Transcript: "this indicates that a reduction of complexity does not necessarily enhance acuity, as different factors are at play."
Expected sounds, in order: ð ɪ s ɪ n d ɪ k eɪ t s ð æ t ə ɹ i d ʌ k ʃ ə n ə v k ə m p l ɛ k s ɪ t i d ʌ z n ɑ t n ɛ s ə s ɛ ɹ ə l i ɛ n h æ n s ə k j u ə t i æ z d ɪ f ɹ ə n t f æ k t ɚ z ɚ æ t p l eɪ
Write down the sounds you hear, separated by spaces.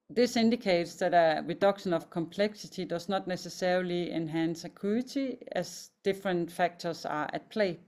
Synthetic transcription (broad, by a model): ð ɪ s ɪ n d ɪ k eɪ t s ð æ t ə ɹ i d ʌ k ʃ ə n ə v k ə m p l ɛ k s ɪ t i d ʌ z n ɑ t n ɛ s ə s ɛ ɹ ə l i ɛ n h æ n s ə k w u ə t i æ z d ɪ f ɹ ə n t f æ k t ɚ s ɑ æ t p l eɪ